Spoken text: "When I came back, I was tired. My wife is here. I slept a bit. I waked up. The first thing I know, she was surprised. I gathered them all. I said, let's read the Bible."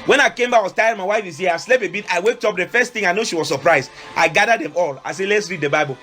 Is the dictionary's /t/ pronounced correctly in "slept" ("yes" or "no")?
no